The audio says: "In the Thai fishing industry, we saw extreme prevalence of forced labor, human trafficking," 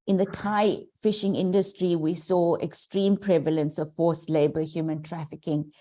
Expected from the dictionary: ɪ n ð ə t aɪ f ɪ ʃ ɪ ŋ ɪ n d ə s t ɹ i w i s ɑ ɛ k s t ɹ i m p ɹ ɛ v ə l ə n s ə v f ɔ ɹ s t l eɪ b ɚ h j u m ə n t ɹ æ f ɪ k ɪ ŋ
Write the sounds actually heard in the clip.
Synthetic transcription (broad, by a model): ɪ n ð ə t aɪ f ɪ ʃ ɪ ŋ ɪ n d ə s t ɹ i w i s ɑ ɛ k s t ɹ i m p ɹ ɛ v ə l ə n s ə v f ɔ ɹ s l eɪ b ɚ h j u m ə n t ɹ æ f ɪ k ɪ ŋ